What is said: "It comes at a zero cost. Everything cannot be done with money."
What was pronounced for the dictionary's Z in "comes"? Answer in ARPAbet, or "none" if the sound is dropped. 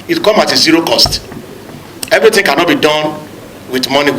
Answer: none